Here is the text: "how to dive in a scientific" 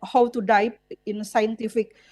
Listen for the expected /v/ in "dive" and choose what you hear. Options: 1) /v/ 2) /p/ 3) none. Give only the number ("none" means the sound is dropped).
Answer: 2